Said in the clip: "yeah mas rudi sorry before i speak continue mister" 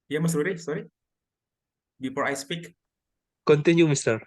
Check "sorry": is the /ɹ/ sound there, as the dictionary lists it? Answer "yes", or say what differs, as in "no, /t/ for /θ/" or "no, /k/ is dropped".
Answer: yes